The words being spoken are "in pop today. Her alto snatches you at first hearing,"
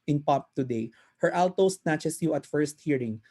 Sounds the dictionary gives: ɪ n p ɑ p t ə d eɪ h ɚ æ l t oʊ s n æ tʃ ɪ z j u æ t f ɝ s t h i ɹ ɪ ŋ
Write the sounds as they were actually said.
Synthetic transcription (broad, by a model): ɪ n p ɑ p t ə d eɪ h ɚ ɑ l t oʊ s n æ tʃ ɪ s j u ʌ t f ɝ s t h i ɹ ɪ ŋ